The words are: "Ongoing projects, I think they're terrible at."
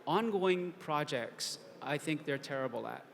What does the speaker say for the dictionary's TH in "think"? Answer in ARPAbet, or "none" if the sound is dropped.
TH